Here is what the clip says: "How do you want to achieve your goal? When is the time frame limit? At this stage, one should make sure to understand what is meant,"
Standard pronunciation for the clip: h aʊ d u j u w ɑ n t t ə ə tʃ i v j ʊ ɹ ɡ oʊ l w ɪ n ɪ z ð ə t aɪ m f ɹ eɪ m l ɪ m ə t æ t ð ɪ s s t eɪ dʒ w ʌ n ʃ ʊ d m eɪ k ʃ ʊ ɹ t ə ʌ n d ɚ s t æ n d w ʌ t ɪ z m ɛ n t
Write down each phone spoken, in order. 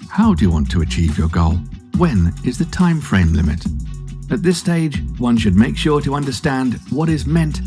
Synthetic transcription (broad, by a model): h aʊ d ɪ j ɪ w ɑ n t t ə ə tʃ i v j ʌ ɹ ɡ oʊ l w ɪ n ɪ z ð ə t aɪ m f ɹ eɪ m l ɪ m ə t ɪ t ð ɪ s s t eɪ dʒ w ʌ n ʃ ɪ d m eɪ k ʃ ʊ ɹ t ə ʌ n d ɚ s t æ n d w ʌ t ɪ z m ɛ n t